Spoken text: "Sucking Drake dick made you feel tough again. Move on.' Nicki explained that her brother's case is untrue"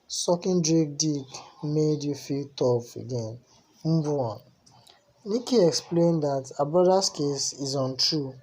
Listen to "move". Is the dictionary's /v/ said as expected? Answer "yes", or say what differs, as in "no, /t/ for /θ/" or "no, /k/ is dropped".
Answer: no, /v/ is dropped